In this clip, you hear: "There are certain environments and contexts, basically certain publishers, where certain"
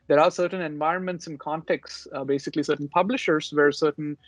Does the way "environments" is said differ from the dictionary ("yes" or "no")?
no